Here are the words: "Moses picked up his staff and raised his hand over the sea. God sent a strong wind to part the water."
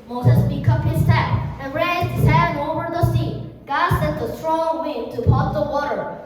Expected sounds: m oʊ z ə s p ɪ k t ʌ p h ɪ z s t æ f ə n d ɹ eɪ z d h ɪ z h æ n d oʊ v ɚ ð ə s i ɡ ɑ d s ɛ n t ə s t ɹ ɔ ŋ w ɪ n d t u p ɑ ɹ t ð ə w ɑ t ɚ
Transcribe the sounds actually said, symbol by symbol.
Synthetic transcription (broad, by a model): m oʊ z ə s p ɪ k ʌ p h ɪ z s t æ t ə n ɹ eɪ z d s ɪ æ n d oʊ v ɚ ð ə s i ɡ ɑ d s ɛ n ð ə s t ɹ ɔ ŋ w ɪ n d t u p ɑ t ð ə w ɑ t ɚ